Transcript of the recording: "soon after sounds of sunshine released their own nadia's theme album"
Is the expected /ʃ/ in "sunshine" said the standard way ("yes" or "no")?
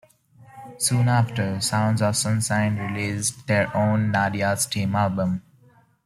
no